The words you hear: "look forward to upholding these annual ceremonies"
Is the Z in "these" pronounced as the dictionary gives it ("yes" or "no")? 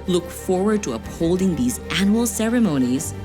yes